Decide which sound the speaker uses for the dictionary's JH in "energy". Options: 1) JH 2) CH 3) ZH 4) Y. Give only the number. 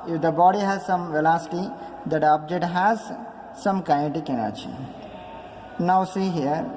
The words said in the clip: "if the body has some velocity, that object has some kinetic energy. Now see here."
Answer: 2